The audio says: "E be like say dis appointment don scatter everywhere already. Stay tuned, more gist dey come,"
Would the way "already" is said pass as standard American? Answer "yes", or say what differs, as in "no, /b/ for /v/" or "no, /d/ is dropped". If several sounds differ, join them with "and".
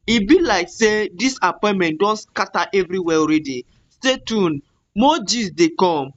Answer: yes